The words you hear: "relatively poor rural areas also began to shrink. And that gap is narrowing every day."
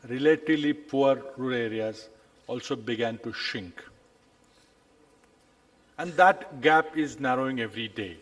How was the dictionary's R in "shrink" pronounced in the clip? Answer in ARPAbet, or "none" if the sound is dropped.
none